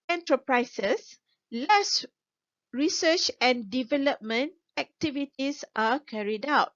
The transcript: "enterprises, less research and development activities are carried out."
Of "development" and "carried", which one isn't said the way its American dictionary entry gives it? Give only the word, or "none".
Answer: none